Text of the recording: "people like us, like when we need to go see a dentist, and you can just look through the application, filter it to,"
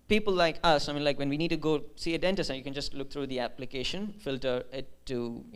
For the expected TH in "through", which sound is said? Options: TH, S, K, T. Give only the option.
T